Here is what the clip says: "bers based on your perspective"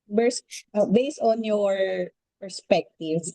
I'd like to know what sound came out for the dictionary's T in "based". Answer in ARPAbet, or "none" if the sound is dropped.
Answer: T